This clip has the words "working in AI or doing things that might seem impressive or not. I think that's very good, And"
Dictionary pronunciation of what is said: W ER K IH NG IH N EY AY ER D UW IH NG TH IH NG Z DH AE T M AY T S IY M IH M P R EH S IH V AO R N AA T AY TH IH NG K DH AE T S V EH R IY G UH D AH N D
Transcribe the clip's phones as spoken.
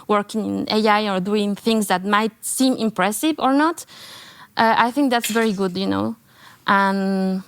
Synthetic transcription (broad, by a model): W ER K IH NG IH N EY AY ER D UW IH NG TH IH NG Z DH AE T M AY T S IY M IH M P R EH S IH V AO R N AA T AY TH IH NG K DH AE T S V EH R IY G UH D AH N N